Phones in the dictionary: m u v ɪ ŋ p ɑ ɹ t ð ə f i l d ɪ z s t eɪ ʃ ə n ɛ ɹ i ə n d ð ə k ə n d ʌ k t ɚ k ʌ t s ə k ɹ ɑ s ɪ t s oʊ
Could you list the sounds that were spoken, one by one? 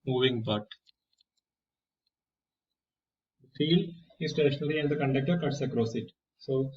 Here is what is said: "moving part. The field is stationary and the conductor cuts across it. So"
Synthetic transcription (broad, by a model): m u v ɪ ŋ b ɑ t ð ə f i l d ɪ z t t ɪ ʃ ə n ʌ l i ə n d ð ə k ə n d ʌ k t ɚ k ʌ t s ə k ɹ ɑ s ɪ t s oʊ